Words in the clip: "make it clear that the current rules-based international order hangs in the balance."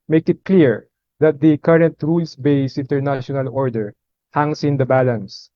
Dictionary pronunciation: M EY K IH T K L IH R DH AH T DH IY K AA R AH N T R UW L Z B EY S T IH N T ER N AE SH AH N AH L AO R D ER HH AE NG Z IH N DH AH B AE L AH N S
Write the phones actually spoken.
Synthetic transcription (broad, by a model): M EY K IH T K L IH R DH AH T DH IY K AA R AH N T R UW L S B EY S IH N T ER N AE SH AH N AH L AO R D ER HH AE NG S IH N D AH B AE L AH N S